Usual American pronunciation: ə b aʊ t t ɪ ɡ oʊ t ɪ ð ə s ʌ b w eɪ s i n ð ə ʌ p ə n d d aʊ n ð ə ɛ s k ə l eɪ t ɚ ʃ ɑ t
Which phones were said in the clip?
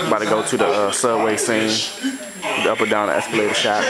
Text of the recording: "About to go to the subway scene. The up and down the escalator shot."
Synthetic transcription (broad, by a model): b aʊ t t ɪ ɡ oʊ t ɪ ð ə s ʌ w eɪ s i n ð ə ʌ p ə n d d aʊ n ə ɛ s k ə l eɪ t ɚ ʃ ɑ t